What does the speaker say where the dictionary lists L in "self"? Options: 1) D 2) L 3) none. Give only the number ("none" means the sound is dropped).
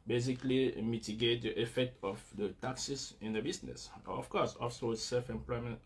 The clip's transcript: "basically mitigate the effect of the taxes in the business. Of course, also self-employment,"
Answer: 2